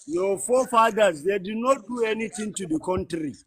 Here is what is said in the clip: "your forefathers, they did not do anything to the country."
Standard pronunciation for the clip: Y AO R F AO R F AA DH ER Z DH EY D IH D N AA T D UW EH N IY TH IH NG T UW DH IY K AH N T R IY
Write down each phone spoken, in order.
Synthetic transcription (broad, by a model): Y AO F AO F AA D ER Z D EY D IH D N AA T D UW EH N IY T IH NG T UW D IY K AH N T R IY